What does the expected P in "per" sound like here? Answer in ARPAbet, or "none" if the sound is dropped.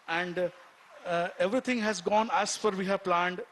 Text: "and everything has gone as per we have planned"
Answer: F